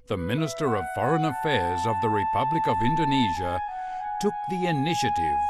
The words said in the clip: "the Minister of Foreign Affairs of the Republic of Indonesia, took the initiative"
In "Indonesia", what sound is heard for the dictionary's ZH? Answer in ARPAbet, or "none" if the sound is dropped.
ZH